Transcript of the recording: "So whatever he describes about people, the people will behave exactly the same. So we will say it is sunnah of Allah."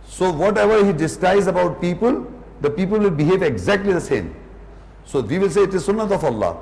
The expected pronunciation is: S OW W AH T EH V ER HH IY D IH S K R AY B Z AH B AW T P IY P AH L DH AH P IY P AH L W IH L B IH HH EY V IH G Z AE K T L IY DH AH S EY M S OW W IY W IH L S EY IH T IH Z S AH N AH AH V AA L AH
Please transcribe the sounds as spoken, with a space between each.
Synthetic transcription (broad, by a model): S OW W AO T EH V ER HH IY D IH S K AY Z AH B AW T P IY P AH L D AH P IY P AH L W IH L B IH HH EY V IH G Z AE K T L IY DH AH S EY M S OW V IY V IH L S EY IH T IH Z S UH N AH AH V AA L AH